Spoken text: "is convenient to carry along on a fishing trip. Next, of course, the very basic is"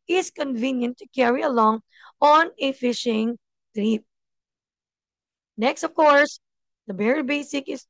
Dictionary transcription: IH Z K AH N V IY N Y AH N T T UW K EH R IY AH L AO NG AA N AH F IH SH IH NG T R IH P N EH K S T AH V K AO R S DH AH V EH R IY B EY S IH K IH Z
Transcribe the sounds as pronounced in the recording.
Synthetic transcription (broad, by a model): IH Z K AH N V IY N Y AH N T T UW K EH R IY AH L AO NG AA N AH F IH SH IH NG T R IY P N EH K S T AH V K AO R S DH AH B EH R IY B EY S IH K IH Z